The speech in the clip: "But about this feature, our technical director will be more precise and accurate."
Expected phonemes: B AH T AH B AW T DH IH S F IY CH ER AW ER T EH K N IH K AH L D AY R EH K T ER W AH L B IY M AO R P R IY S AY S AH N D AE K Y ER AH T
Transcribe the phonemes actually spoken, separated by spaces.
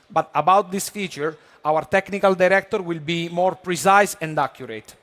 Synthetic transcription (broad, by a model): B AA T AH B AW T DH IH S F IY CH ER AW ER T EH K N IH K AH L D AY R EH K T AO W AH L B IY M AO R P R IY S AY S AH N D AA K Y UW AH T